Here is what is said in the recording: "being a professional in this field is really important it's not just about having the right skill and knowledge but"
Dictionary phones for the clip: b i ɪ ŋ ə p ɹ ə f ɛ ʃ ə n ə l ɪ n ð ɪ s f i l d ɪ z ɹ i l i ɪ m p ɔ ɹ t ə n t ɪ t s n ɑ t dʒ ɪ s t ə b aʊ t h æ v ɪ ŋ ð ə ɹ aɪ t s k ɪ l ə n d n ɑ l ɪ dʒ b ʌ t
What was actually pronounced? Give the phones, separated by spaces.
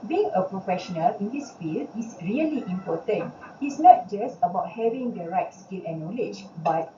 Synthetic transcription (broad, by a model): b i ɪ ŋ ə p ɹ ə f ɛ ʃ ə n ə l ɪ n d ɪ s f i l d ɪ s ɹ i l i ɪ m p ɔ t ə n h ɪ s n ɑ t dʒ ɪ s t ə b aʊ t h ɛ v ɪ ŋ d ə ɹ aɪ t s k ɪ l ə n n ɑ l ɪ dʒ b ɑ t